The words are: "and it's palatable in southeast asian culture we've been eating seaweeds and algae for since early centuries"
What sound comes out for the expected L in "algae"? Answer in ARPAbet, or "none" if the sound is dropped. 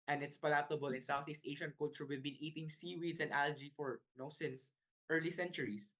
L